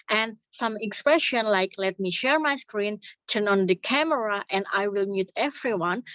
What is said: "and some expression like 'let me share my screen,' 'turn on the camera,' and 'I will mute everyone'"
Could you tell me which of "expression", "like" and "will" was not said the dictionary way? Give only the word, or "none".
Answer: none